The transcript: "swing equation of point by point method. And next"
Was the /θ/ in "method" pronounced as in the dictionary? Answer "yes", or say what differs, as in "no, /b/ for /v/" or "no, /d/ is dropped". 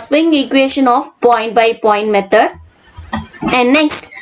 no, /t/ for /θ/